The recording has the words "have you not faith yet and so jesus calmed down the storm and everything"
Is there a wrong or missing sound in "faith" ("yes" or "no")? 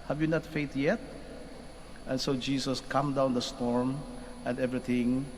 yes